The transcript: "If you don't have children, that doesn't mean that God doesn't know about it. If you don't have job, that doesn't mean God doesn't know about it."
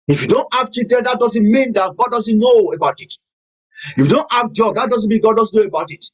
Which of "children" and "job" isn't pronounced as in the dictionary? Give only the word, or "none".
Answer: children